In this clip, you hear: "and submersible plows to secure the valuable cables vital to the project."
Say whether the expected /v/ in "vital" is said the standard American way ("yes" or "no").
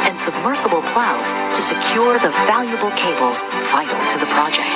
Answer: no